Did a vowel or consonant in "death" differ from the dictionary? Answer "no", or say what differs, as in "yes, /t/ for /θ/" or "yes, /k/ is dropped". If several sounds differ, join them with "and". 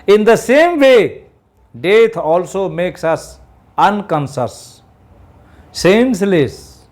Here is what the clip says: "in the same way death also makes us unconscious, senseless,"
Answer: yes, /t/ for /θ/